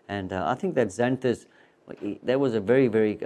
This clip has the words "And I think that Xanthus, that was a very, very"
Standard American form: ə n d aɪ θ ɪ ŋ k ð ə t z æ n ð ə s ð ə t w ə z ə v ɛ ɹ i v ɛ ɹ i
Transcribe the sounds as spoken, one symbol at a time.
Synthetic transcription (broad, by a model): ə n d aɪ θ ɪ ŋ k ð ə t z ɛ n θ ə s ð ə t w ə z ə v ɛ ɹ i v ɛ ɹ i